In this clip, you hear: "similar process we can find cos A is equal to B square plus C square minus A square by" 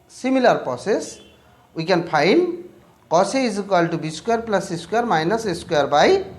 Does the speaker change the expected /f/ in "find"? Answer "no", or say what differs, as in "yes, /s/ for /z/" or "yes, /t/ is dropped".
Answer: yes, /p/ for /f/